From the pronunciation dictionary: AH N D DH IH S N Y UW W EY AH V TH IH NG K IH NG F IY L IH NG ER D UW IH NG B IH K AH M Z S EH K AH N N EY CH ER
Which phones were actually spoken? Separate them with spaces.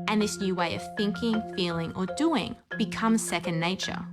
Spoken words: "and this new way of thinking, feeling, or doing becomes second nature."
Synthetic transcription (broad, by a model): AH N DH IH S N Y UW W EY AH V TH IH NG K IH NG F IY L IH NG ER D UW IH NG B IH K AH M Z S EH K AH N N EY CH ER